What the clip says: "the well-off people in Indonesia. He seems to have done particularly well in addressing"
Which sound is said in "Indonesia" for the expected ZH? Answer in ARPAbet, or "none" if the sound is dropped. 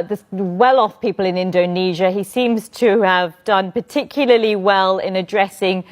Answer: ZH